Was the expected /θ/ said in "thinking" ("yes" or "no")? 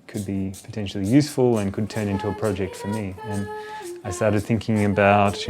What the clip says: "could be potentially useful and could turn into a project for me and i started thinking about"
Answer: yes